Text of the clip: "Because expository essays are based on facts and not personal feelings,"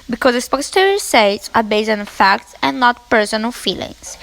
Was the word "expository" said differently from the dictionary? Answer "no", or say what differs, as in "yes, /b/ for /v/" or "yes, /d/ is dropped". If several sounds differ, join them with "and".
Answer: yes, /k/ is dropped